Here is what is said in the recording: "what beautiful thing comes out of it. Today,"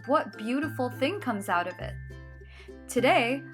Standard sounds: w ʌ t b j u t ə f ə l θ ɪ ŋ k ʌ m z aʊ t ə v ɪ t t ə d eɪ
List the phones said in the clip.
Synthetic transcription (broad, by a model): w ʌ t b j u t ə f l θ ɪ ŋ k ʌ m z aʊ t ə v ɪ t t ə d eɪ